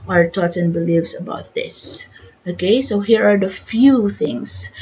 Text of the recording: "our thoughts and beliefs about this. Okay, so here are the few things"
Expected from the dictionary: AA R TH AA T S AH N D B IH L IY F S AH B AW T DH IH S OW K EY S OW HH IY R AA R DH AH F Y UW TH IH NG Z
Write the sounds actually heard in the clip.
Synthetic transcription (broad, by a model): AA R T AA T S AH N B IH L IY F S AH B AW T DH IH S OW K EY S OW HH IY R AA R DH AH F Y UW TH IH NG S